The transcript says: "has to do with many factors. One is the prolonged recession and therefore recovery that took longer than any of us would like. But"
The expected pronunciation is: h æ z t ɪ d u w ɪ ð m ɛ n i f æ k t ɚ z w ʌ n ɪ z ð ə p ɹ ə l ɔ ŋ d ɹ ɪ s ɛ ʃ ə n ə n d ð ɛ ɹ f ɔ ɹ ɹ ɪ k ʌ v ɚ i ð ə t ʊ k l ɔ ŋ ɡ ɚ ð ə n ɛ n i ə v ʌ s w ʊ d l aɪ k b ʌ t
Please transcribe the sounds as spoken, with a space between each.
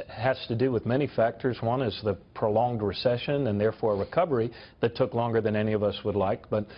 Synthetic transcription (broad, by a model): h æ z t ɪ d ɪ w ɪ ð m ɛ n i f æ k t ɚ z w ʌ n ɪ z ð ə p ɹ ə l ɔ ŋ d ɹ ɪ s ɛ ʃ ə n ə n ð ɛ ɹ f ɔ ɹ ɹ ɪ k ʌ v ɚ i ð ə t ʊ k l ɔ ŋ ɡ ɚ ð ə n ɛ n i ə v ʌ s w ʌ d l aɪ k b ʌ t